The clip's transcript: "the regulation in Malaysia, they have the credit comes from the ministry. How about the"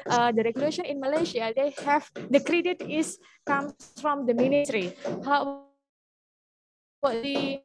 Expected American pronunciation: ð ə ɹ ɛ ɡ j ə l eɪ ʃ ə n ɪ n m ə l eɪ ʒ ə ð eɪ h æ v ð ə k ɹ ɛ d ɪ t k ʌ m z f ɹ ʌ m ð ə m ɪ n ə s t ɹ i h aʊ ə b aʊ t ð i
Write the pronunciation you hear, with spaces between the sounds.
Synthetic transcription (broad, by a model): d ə ɹ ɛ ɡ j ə l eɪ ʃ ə n ɪ n m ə l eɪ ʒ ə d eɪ h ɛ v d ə k ɹ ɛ d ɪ t k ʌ m f ɹ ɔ m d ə m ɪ n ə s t ɹ i h aʊ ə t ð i